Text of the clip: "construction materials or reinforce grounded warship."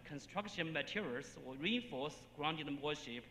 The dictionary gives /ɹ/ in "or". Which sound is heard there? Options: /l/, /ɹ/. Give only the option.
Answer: /l/